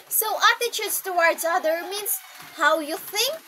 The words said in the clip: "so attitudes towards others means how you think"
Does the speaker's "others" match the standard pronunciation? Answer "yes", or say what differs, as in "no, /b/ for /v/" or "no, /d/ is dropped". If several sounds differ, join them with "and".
no, /z/ is dropped